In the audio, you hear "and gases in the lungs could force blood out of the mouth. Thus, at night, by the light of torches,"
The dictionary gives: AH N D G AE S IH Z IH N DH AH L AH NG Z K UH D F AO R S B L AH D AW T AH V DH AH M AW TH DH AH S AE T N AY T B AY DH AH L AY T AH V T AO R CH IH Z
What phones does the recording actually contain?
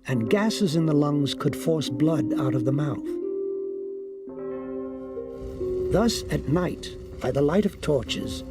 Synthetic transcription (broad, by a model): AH N G AE S IH Z IH N DH AH L AH NG Z K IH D F AO R S B L AH D AW T AH V DH AH M AW TH DH AH S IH T N AY T B AY DH AH L AY T AH V T AO R CH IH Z